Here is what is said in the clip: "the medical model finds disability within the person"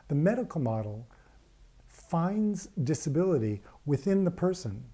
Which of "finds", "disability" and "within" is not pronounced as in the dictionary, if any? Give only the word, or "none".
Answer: none